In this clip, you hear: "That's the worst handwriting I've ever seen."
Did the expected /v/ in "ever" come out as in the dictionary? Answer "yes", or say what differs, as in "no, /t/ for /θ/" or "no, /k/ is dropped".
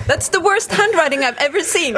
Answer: yes